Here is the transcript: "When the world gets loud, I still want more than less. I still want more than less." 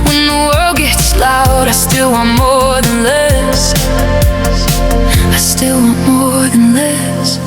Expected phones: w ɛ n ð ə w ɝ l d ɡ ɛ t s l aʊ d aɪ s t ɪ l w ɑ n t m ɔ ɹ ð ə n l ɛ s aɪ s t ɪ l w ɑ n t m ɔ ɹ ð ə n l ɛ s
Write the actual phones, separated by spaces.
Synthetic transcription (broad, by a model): w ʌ n ð ə w ɝ l d ɡ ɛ t s l aʊ d aɪ s t ɪ l w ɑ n m ɔ ɹ ð ə n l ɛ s aɪ s t ɪ l w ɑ n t m ɔ ɹ ð ə n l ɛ s